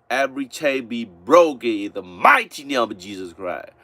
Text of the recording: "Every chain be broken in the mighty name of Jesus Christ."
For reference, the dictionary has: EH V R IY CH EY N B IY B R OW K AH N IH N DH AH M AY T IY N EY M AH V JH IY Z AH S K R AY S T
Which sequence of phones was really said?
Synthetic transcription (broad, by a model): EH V R IY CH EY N B IY B R OW K AH N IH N DH AH M AY T IY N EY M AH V JH IY Z AH S K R AY S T